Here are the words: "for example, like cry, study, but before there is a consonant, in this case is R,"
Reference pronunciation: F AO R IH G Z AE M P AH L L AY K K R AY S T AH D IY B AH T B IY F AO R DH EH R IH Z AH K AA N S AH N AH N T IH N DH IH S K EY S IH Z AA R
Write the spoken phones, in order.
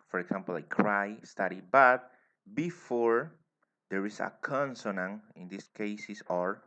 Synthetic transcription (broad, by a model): F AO R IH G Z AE M P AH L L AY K K R AY S T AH D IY B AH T B IY F AO R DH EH R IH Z AH K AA N S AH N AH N IH N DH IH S K EY S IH S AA R